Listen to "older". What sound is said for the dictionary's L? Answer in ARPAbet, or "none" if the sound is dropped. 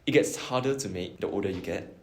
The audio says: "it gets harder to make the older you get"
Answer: none